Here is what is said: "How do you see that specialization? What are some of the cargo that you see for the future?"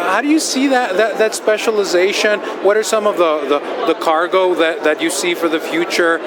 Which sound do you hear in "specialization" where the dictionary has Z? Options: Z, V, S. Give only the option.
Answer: Z